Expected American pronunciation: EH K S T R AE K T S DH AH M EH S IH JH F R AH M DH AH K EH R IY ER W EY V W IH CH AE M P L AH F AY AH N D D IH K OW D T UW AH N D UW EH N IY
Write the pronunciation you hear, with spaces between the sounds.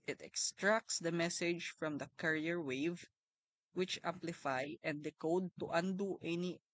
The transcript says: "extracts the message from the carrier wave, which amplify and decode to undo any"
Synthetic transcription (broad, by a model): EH K S T R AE K T S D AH M EH S IH JH F R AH M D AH K EH R IY ER W EY V W IH CH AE M P L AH F AY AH N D D IH K OW D T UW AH N D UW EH N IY